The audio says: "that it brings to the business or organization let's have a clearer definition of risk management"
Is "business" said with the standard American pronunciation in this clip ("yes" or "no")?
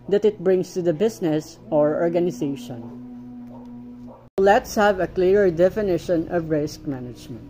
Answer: no